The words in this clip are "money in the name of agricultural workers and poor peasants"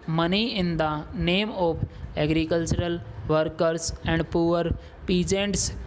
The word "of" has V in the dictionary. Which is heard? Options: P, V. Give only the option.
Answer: P